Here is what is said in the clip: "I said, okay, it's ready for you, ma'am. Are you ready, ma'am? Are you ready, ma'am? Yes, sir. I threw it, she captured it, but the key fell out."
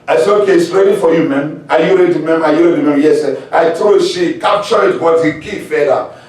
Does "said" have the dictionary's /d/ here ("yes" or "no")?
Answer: no